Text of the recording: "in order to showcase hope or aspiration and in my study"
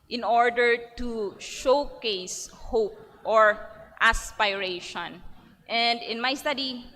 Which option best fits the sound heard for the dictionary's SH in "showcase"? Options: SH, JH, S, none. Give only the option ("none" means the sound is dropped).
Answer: SH